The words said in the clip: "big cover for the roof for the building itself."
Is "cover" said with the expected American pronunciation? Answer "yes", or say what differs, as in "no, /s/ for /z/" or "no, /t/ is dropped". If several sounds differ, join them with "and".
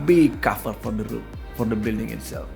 no, /f/ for /v/